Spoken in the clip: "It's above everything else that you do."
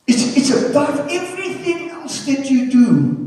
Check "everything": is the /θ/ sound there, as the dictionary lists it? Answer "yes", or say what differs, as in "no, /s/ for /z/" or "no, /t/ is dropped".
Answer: yes